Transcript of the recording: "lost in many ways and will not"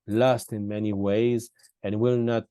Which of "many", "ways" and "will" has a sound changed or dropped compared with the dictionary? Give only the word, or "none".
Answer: none